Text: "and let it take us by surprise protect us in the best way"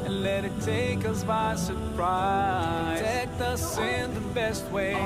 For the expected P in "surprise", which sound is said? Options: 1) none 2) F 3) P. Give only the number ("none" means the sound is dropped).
1